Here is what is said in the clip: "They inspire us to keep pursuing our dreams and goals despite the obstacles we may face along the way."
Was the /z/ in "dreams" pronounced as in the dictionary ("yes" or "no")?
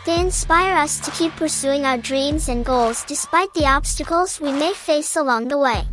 yes